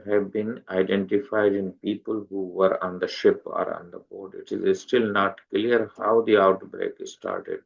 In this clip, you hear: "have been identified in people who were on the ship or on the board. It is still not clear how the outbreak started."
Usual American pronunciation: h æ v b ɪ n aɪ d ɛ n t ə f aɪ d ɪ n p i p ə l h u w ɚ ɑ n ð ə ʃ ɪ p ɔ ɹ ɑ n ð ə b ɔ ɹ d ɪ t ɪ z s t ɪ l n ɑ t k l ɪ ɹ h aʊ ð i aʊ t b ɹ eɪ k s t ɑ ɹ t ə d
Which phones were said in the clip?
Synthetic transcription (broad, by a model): h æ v b ɪ n aɪ d ɛ n t ə f aɪ d ɪ n p i p ə l h u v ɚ ɑ n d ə ʃ ɪ p ɔ ɹ ɑ n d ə b ɔ ɹ d ɪ t ɪ z s t ɪ l n ɑ t k l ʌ ɹ h aʊ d i aʊ t b ɹ eɪ k s t ɑ ɹ t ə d